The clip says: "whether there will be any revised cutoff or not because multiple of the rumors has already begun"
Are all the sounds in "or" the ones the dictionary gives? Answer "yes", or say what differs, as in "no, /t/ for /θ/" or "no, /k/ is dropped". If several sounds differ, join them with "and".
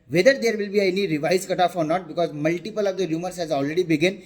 yes